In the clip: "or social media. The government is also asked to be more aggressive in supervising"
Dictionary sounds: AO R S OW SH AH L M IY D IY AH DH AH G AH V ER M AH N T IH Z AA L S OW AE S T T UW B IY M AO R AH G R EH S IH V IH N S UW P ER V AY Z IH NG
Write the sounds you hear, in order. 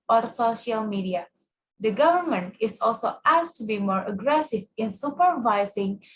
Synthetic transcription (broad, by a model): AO R S OW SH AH L M IY D IY AH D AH G AH V ER M AH N T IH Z AA L S OW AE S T T UW B IY M AO R AH G R EH S IH V IH N S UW P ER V AY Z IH NG